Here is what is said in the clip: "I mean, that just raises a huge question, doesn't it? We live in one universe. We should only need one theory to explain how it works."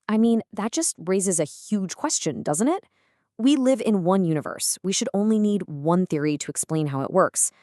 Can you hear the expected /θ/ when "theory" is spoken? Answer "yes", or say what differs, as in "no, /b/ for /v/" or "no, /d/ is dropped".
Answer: yes